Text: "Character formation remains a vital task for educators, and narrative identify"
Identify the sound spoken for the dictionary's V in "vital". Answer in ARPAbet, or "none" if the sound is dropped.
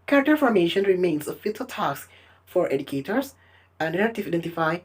F